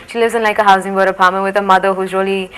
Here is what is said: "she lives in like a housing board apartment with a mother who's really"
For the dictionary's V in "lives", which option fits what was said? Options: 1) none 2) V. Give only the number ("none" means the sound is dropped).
1